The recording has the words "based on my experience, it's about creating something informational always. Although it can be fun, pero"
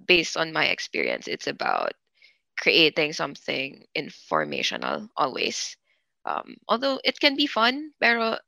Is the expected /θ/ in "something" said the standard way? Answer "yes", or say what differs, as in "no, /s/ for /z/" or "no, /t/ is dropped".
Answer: yes